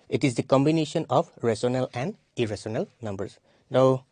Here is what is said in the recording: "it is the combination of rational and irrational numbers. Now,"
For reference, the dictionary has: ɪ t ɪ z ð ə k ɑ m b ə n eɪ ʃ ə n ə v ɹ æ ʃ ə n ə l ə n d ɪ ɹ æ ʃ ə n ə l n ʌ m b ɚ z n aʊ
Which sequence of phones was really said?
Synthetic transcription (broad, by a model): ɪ t ɪ z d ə k ɑ m b ə n eɪ ʃ ə n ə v ɹ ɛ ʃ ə n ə l ə n d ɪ ɹ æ s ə n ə l n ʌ m b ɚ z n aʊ